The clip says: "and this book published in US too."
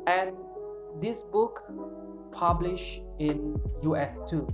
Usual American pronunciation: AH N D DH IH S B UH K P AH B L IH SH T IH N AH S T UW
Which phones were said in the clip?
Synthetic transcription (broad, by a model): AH N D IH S B UH K P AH B L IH SH IH N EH S T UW